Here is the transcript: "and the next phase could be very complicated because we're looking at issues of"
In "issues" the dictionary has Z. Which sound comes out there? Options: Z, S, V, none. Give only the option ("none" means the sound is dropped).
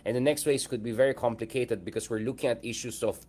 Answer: S